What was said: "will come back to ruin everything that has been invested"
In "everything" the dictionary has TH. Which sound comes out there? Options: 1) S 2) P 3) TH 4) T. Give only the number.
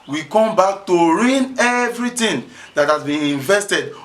4